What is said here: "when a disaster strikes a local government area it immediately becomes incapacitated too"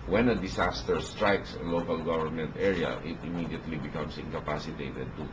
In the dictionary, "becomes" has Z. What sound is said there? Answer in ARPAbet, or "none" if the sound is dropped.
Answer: S